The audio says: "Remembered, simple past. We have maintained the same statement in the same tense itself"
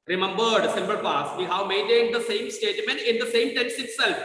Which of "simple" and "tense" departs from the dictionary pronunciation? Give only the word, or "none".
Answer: simple